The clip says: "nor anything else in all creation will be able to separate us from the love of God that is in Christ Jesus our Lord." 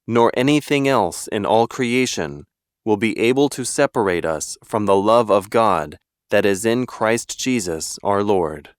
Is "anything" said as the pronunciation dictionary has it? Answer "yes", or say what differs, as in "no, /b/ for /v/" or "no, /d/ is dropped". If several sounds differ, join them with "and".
yes